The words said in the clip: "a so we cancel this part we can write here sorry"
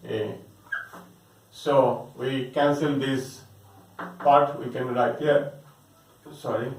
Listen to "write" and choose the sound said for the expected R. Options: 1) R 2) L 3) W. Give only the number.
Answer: 2